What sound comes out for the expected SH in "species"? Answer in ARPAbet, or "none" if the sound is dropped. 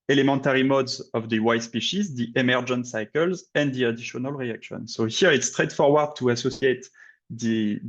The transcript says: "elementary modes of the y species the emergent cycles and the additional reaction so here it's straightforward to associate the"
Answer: SH